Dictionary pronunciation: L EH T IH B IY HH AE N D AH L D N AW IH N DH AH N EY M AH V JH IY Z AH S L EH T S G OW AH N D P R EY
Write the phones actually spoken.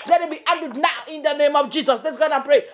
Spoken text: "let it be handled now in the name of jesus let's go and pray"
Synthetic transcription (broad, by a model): L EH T IH B IY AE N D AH D N AW IH N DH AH N EY M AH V JH IY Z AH S L EH T S G OW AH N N P R EY